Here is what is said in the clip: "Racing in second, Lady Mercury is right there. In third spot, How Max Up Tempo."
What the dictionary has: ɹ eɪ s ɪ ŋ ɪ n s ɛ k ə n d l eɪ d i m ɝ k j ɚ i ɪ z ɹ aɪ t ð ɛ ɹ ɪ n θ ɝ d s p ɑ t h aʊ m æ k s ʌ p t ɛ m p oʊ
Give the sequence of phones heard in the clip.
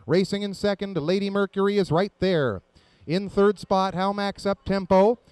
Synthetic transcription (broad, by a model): ɹ eɪ s ɪ ŋ ɪ n s ɛ k ə n d l eɪ d i m ɝ k j ɚ i ɪ z ɹ aɪ t ð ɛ ɹ ɪ n θ ɝ d s p ɑ t h aʊ m æ k s ʌ p t ɛ m p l